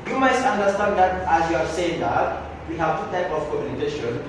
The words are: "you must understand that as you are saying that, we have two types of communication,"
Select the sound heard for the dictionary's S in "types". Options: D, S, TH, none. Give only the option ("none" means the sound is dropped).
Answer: none